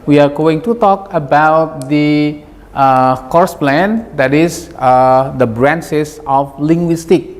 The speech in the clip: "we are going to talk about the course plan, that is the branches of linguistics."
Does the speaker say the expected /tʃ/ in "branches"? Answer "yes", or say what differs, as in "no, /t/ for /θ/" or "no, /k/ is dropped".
no, /s/ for /tʃ/